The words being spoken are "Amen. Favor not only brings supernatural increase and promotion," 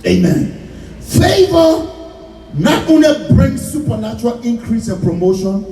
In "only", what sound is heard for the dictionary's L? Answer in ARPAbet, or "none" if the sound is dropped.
L